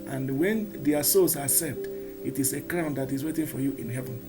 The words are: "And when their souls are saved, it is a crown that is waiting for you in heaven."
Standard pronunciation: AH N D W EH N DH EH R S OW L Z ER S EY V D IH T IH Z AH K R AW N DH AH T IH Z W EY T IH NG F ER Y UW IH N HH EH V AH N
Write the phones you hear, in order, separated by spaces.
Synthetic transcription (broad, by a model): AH N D W EH N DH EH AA S OW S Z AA S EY D IH T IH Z AH K R AW N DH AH T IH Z W EY T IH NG F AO Y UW IH N HH EH V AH N